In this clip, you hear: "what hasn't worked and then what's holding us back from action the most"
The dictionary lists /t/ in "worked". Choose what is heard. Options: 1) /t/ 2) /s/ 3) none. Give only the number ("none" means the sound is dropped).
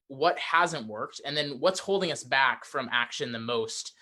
1